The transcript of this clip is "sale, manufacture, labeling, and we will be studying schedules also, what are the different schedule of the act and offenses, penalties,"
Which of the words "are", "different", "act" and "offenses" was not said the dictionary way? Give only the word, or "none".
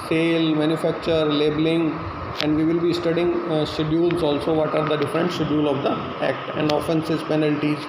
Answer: none